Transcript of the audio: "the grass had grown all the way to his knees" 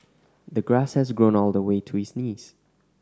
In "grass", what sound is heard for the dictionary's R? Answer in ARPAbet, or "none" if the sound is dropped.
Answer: R